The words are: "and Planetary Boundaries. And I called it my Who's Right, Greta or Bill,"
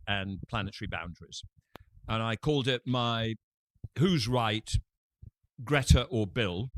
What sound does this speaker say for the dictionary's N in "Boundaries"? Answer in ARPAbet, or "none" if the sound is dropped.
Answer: N